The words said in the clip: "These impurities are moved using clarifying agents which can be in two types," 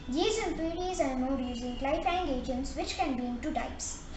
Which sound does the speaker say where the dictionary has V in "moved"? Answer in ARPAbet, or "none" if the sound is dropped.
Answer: none